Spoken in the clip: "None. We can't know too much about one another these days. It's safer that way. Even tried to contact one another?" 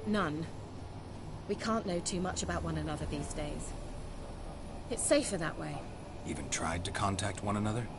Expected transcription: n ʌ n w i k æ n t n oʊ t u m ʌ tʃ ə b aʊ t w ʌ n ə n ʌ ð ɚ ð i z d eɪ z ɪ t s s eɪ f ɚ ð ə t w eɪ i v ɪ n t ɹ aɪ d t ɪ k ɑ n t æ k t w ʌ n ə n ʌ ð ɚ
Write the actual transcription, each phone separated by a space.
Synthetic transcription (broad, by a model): n ʌ n w i k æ n n oʊ t u m ʌ tʃ ə b aʊ t w ʌ n ə n ʌ ð ɚ ð i z d eɪ z ɪ t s s eɪ f ɚ ð ə t w eɪ i v ɪ n t ɹ aɪ d t ɪ k ɑ n t æ k t w ʌ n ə n ʌ ð ɚ